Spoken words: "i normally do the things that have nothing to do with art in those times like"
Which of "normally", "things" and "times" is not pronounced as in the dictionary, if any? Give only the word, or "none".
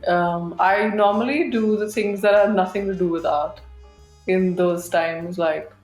things